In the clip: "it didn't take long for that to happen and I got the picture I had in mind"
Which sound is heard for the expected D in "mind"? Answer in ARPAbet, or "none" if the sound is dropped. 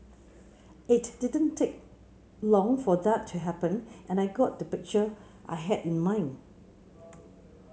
none